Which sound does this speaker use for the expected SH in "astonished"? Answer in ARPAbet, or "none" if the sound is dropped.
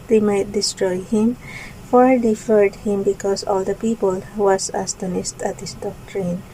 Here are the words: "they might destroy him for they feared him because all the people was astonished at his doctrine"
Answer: S